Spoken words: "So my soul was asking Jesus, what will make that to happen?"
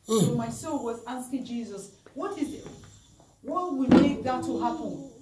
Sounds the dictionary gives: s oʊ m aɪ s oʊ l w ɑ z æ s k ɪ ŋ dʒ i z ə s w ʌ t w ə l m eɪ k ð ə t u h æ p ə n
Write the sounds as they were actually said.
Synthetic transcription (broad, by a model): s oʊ m aɪ s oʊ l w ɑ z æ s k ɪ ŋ dʒ i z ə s w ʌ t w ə w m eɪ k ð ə t u h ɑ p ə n